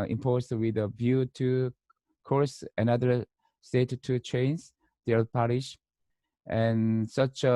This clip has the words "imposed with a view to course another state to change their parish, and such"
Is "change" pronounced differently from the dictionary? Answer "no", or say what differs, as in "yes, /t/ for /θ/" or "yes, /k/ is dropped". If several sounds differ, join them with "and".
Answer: yes, /z/ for /dʒ/